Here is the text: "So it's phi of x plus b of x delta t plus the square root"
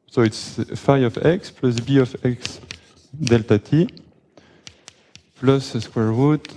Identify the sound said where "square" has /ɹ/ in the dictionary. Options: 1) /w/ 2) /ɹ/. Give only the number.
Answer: 2